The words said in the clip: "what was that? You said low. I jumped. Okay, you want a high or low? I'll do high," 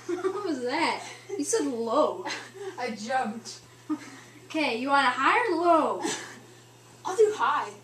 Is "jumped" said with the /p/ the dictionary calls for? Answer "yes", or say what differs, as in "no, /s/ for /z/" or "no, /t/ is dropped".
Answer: yes